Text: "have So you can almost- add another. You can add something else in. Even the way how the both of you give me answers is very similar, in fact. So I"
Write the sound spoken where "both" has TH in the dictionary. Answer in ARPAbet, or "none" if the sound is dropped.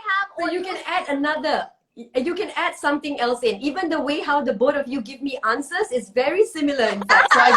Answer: T